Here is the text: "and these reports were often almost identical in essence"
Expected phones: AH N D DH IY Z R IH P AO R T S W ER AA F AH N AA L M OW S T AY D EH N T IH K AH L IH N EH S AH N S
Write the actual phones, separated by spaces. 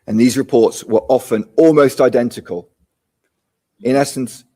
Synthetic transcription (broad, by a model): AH N DH IY Z R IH P AO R T S W ER AA F AH N AA L M OW S T AY D EH N T IH K AH L IH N EH S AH N S